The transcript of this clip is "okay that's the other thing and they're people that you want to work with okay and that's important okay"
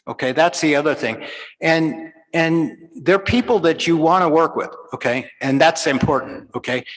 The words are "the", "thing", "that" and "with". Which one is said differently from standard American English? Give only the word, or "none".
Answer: none